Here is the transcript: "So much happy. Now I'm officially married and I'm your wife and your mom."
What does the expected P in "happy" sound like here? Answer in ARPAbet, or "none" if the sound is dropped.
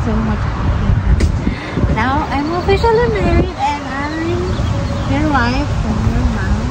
none